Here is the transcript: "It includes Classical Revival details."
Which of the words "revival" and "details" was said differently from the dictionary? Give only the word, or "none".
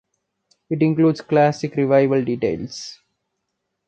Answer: details